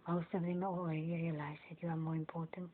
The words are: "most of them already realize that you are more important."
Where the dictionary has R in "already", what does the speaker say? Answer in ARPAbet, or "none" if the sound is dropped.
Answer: none